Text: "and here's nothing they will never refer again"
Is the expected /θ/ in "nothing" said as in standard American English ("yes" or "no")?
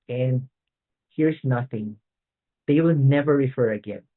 yes